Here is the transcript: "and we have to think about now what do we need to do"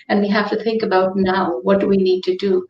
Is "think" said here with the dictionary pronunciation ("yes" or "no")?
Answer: yes